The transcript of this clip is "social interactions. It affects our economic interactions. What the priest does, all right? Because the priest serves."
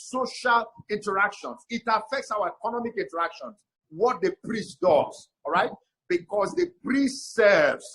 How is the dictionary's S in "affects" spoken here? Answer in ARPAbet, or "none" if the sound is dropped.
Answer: S